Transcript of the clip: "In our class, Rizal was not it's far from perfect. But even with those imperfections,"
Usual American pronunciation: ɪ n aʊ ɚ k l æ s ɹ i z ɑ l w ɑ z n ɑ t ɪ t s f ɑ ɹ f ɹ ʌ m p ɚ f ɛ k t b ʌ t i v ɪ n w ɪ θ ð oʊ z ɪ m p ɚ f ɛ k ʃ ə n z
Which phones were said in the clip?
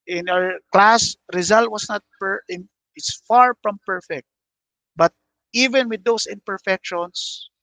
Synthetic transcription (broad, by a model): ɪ n aʊ ɚ k l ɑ s ɹ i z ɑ l w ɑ s n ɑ t ɪ t s f ɑ ɹ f ɹ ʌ m p ɚ f ɛ k t b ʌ t i v ɪ n w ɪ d oʊ s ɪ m p ɚ f ɛ k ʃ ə n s